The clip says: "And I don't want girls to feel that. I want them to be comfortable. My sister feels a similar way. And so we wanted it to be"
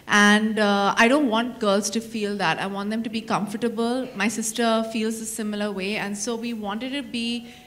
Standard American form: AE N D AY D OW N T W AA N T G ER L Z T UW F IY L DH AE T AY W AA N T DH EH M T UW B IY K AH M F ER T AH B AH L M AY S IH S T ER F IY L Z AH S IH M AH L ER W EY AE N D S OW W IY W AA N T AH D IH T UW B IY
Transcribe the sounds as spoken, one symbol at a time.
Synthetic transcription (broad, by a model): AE N D AY D OW N T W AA N T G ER L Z T UW F IY L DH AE T AY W AA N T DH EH M T UW B IY K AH M F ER T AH B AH L M AY S IH S T ER F IY L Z AH S IH M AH L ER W EY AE N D S OW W IY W AA N T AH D T UW B IY